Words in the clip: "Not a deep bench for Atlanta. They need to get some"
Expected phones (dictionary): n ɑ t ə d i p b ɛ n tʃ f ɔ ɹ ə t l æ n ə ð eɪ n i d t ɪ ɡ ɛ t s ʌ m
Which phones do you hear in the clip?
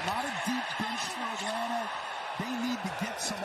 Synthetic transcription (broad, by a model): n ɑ t ə d i p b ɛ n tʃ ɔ w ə t ʌ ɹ ð eɪ n i d t ɪ ɡ ɛ t s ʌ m